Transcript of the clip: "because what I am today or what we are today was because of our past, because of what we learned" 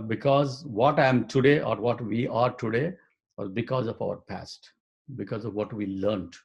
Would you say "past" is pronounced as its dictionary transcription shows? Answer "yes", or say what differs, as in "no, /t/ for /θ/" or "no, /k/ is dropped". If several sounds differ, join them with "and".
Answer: yes